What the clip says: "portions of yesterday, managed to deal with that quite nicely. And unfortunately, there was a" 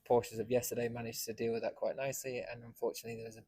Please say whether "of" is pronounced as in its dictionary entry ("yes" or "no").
yes